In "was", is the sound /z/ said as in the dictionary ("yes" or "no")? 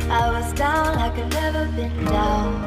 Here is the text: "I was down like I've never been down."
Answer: yes